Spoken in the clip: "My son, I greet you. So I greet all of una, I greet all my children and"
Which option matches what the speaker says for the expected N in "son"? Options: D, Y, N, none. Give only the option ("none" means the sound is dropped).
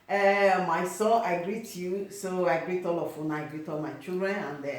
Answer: none